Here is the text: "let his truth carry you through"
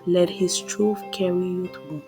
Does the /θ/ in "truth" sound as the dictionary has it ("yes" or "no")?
no